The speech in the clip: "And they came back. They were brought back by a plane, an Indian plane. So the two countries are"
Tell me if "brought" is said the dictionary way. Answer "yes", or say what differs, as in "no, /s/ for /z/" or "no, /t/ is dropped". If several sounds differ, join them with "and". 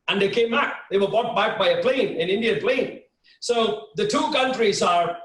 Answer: no, /ɹ/ is dropped